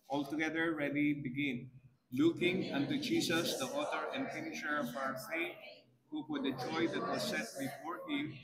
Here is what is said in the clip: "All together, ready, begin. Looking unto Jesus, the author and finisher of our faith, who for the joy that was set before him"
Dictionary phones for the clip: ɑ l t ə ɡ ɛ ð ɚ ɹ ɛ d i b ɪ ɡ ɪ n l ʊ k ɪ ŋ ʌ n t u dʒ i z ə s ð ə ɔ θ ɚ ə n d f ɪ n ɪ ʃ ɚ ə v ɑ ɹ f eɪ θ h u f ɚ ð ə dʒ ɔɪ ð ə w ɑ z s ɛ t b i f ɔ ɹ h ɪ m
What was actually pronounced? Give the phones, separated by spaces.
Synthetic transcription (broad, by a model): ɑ l t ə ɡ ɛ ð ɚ ɹ ɛ d i b ɪ ɡ ɪ n l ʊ k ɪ ŋ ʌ n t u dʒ i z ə s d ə ɔ t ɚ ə n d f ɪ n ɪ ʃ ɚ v ɑ ɹ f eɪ h u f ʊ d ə dʒ ɔɪ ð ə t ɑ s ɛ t b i f ɔ ɹ h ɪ m